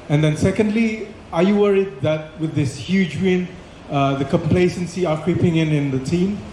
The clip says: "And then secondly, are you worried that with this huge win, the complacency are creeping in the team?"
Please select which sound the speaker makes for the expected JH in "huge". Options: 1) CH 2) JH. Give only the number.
2